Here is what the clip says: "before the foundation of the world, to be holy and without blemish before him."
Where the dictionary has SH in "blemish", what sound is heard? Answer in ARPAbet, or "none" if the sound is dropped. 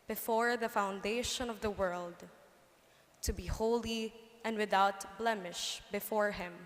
SH